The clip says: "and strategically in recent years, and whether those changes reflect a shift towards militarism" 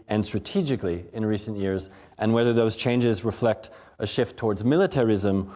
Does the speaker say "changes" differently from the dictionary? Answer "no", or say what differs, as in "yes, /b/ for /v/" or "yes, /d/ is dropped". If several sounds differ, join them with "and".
no